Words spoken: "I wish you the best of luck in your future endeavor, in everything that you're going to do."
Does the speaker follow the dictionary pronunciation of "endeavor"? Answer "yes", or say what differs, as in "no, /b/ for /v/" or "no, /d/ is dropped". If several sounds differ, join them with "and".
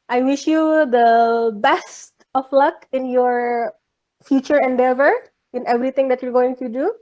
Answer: yes